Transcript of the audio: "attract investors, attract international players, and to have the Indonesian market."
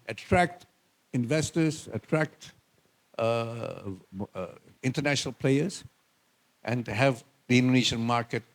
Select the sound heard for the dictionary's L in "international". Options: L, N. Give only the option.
L